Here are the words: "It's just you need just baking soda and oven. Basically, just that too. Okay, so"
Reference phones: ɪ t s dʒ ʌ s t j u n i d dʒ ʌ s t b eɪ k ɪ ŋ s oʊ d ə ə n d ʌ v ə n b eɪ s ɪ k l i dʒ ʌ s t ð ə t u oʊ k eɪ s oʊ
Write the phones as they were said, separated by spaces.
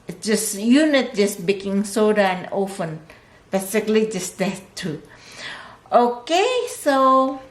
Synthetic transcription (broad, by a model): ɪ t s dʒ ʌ s j u n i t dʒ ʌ s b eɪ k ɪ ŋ s oʊ d ə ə n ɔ f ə n b eɪ s ɪ k l i dʒ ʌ s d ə t u oʊ k eɪ s oʊ